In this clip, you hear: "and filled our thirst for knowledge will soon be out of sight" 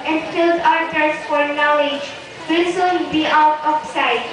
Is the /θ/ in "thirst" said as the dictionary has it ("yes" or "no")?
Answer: no